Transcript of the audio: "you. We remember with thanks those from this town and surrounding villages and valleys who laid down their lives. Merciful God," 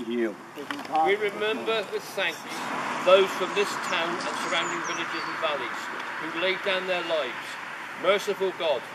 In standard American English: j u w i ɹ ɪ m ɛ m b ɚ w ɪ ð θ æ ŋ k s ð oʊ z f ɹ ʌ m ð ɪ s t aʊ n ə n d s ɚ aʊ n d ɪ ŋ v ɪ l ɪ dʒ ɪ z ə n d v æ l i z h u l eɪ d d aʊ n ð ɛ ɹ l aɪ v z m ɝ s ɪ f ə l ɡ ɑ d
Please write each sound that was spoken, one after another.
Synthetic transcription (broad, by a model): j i w i ɹ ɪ m ɛ m b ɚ w ɪ ð s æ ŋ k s ð oʊ z f ɹ ʌ m ð ɪ s t aʊ n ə n s ɚ aʊ n d ɪ ŋ v ɪ l ɪ dʒ ɪ z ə n v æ l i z h u l eɪ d d aʊ n ð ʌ ɹ l aɪ v z m ɝ s ɪ f ə l ɡ ɑ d